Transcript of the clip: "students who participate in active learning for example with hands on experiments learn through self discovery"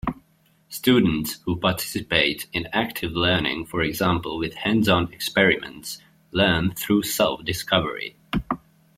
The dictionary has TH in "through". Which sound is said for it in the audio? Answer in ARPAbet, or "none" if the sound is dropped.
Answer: TH